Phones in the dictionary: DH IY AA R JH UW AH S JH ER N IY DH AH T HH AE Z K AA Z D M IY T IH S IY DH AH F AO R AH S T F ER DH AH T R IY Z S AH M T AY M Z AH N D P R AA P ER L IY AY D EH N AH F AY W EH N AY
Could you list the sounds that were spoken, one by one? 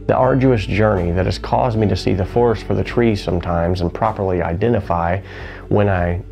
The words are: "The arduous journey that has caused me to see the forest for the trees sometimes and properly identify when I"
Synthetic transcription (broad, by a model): DH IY AA R JH UW AH S JH ER N IY DH AH T HH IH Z K AA Z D M IY T IH S IY DH AH F AO R S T F ER DH AH T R IY S AH M T AY M Z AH N P R AA P ER L IY AY D EH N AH F AY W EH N AY